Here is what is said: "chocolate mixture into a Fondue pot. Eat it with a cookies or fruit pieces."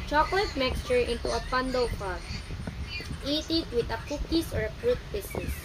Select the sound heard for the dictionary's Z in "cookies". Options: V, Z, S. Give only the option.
S